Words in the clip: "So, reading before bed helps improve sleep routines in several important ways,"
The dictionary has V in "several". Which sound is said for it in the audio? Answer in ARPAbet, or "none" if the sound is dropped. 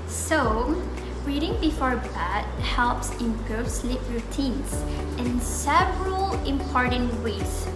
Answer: V